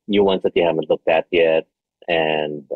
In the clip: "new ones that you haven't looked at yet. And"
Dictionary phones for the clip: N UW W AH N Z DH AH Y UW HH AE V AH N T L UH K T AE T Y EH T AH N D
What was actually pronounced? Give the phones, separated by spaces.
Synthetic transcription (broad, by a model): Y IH W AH N S DH AH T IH HH AE V AH N T L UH K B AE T Y EH T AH N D